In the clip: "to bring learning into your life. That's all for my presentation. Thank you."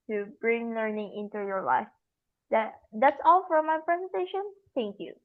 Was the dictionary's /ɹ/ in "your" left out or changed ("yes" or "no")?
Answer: no